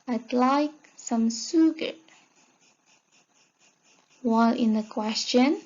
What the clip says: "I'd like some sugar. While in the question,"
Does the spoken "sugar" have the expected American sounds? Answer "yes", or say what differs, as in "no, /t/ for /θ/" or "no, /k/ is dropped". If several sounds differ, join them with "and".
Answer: no, /s/ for /ʃ/